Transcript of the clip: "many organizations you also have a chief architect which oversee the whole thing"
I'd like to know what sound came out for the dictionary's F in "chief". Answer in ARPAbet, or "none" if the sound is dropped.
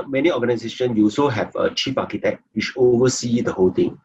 P